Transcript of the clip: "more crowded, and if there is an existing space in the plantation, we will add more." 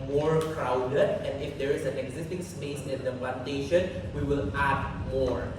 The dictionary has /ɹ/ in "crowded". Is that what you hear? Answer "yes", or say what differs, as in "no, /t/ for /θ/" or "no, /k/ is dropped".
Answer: yes